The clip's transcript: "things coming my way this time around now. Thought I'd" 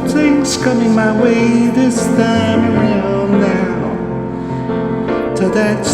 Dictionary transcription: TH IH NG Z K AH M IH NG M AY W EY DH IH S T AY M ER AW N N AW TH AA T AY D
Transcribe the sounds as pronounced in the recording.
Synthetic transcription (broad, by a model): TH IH NG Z K AH M IH NG M AY W EY DH IH S T AY M ER AW N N AW T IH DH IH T